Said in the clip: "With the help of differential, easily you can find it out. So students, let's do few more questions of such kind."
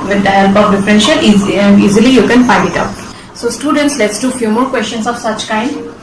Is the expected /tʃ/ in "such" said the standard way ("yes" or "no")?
yes